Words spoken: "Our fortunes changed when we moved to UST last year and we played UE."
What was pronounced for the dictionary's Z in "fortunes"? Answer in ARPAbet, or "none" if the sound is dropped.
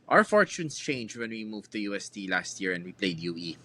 S